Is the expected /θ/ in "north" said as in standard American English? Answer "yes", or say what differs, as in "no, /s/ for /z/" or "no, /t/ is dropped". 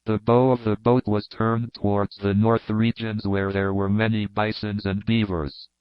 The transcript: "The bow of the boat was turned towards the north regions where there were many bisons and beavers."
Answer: yes